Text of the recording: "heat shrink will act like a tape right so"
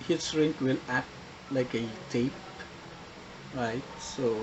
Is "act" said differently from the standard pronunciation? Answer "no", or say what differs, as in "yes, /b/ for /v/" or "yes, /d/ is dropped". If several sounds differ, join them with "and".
yes, /k/ is dropped